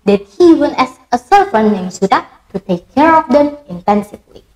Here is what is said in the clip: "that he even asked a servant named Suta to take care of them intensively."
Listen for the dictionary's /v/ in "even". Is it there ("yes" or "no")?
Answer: no